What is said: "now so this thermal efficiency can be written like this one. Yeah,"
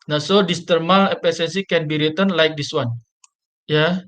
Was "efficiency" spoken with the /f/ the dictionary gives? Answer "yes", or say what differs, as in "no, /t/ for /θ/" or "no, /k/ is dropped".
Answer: no, /p/ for /f/